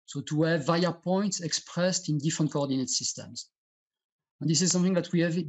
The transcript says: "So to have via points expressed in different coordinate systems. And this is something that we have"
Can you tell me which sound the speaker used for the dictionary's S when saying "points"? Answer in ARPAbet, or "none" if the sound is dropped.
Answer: S